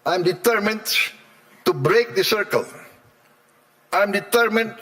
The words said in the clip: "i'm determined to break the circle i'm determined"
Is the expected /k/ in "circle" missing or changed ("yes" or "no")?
no